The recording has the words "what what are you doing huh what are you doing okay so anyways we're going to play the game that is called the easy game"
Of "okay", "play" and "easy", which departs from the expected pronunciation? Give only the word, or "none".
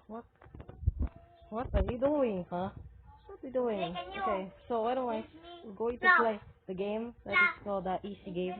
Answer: easy